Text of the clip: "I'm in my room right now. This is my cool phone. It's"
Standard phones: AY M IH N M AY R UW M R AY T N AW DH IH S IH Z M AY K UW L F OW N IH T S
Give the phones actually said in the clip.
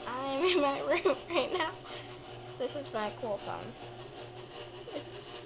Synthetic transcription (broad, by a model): AY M IH N M AY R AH R AY T N AW DH IH S IH Z M AY K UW L F OW N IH T S